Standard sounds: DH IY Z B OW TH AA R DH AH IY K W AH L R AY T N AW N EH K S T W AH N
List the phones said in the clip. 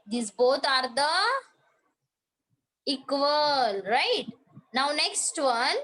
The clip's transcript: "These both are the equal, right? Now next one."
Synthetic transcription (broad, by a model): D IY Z B OW T AA R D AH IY K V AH L R AY T N AW N EH K S T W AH N